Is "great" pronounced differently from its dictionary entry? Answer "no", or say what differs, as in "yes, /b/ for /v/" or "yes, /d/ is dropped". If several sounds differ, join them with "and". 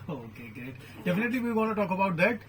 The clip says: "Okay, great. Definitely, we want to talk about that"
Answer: yes, /ɹ/ is dropped